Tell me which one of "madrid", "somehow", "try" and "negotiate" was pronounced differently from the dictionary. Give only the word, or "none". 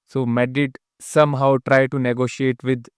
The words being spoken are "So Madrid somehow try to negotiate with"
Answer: madrid